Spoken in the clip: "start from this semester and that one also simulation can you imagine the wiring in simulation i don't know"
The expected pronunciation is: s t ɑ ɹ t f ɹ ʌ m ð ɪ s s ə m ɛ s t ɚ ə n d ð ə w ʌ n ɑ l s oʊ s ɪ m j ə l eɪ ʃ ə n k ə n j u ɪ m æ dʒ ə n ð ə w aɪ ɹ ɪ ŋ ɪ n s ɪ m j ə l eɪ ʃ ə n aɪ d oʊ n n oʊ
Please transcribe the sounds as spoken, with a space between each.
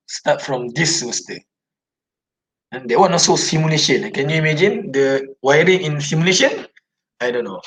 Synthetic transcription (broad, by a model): s t ɑ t f ɹ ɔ m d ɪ s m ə s t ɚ ə n d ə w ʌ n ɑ s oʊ s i m j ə l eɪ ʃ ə n k ə n j u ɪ m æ dʒ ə n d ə w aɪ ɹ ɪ ŋ ɪ n s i m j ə l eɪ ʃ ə n aɪ d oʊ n n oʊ